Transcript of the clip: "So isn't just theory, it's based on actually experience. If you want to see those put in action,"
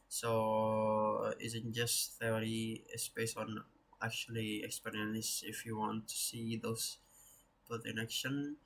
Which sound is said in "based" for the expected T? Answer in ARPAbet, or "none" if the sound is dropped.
none